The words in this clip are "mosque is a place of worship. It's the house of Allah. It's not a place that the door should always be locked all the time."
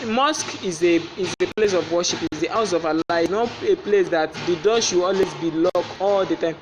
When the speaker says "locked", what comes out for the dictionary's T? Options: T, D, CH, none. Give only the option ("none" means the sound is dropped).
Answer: none